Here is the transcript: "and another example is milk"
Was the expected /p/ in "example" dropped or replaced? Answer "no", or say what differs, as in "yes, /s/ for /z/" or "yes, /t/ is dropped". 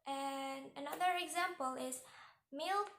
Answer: no